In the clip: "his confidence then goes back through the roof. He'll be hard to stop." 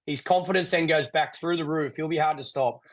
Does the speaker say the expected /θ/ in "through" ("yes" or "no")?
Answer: yes